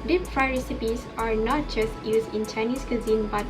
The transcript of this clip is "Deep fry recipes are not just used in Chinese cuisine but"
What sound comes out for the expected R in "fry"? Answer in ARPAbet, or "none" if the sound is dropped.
R